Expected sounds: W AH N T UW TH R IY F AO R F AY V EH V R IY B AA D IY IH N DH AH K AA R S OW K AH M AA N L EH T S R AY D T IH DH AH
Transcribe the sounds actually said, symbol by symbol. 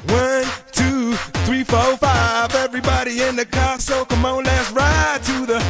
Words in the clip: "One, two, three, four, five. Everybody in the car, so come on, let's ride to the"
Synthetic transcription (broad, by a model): W AH N T UW TH R IY F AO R F AY V EH V R IY B AA D IY IH N DH AH K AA S OW K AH M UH N L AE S R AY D T IH DH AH